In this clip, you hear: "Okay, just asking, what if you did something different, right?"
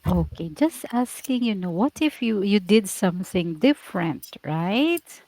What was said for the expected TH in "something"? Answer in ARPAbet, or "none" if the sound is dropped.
TH